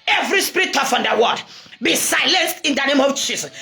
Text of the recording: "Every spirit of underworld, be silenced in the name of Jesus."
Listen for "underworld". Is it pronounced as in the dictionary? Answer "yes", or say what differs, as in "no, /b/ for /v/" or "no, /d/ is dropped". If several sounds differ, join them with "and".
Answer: no, /l/ is dropped